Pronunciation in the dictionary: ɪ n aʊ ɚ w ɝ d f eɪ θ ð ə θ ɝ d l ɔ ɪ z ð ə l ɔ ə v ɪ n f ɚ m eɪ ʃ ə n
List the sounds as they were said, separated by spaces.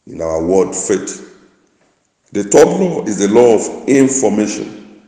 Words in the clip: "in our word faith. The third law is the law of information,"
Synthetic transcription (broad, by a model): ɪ n aʊ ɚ w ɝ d f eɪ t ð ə t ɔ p l ɔ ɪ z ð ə l ɔ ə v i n f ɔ m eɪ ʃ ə n